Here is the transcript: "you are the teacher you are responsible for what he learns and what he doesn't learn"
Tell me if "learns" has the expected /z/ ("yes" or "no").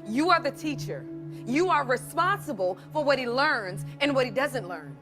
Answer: yes